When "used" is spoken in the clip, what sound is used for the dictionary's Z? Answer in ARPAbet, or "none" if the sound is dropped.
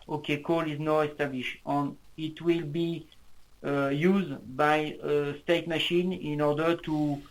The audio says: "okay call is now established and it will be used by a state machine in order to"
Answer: Z